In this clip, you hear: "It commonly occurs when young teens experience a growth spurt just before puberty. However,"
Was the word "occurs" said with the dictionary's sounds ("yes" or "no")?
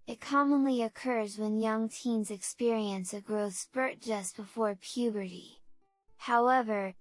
yes